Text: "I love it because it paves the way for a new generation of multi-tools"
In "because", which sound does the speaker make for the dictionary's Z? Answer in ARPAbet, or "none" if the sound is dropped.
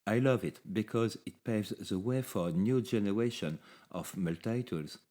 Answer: Z